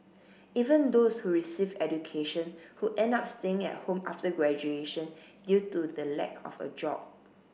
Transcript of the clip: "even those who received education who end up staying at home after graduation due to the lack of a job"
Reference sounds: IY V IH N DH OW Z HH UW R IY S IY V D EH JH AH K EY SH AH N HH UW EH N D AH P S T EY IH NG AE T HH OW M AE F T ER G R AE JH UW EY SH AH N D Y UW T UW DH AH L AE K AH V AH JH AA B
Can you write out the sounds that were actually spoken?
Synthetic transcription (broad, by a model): IY V IH N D OW S HH UW R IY S IY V EH JH AH K EY SH AH N HH UW EH N D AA P S T EY IH NG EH T HH OW M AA F T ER G R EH JH UW EY SH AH N D Y UW T UW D AH L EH K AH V AH JH AA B